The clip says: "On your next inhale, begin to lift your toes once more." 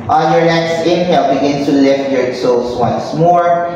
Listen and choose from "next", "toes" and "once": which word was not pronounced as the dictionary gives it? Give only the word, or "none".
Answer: toes